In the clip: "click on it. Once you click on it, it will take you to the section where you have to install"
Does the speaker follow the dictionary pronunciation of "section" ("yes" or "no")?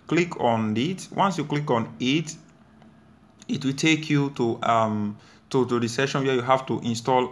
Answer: no